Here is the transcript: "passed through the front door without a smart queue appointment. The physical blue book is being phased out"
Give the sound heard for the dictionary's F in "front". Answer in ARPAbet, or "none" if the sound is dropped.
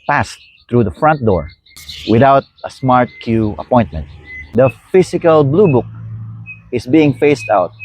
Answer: F